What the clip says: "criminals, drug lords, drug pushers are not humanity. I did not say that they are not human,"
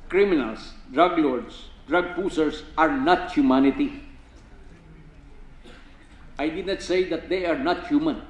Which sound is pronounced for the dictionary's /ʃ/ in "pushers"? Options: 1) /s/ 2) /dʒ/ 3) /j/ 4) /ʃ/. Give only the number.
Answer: 1